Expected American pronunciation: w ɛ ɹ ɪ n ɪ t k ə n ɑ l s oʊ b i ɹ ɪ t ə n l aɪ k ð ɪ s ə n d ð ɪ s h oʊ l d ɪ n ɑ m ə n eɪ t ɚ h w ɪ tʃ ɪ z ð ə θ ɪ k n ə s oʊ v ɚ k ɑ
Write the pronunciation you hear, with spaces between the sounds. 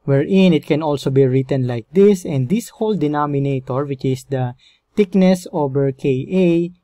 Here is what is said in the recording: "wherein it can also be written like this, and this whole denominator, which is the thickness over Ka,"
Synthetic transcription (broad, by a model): w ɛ ɹ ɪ n ɪ t k ə n ɑ l s oʊ b i ɹ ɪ t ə n l aɪ k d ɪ s ə n d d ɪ s h oʊ l d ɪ n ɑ m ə n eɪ t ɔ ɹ w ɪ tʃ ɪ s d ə t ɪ k n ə s oʊ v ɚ k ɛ